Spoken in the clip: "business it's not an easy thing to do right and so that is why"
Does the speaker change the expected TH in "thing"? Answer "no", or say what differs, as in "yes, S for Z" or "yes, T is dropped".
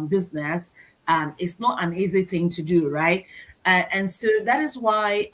no